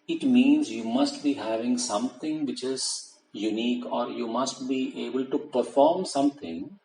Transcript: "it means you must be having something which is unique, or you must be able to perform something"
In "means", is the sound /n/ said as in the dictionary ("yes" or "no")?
yes